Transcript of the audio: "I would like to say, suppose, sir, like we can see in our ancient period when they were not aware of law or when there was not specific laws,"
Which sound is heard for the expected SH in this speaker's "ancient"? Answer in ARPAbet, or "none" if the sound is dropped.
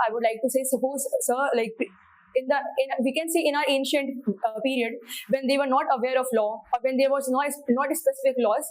SH